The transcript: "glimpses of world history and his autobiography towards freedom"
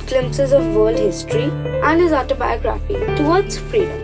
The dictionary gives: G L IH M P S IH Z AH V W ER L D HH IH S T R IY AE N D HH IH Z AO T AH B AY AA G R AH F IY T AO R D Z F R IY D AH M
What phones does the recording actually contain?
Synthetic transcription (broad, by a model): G L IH M P S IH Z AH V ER L D HH IH S T R IY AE N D HH IH Z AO T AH B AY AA G R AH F IY T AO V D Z F R IY D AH M